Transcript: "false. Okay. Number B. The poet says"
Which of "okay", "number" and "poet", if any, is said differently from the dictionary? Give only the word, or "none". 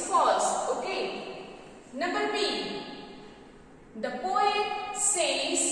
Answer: number